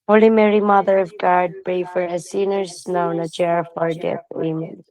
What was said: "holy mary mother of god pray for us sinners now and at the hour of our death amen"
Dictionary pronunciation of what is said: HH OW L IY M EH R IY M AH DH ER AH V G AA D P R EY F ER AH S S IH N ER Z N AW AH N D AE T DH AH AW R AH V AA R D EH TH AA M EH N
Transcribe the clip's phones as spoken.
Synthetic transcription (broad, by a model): HH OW L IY M EH R IY M AH DH ER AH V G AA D B R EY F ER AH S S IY N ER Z N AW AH N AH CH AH R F AA R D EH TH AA M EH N